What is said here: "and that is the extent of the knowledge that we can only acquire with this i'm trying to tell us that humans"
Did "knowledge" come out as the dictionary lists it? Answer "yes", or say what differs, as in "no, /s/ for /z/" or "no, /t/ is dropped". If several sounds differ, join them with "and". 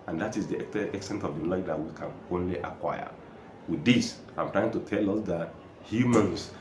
no, /l/ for /n/ and /l/ is dropped